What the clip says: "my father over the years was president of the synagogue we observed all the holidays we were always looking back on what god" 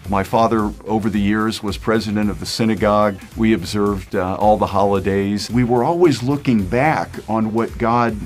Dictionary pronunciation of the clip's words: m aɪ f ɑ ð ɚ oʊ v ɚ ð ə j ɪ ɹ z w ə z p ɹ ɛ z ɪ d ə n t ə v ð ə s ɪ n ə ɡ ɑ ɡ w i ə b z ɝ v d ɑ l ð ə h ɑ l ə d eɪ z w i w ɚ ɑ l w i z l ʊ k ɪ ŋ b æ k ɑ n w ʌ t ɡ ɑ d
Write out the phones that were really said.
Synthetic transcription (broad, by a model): m aɪ f ɑ ð ɚ oʊ v ɚ ð ə j ɪ ɹ z w ə z p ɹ ɛ z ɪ d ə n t ə v ð ə s ɪ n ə ɡ ɑ ɡ w i ə b z ɝ v d ɑ l ð ə h ɑ l ə d eɪ z w i w ɚ ɑ l w i z l ʊ k ɪ ŋ b æ k n w ʌ t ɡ ɑ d